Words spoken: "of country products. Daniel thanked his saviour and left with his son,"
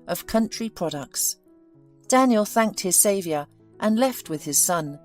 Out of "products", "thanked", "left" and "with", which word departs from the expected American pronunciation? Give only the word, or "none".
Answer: none